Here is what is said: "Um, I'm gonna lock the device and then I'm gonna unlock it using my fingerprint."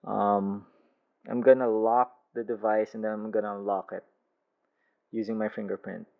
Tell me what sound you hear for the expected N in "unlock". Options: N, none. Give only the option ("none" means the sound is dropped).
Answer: none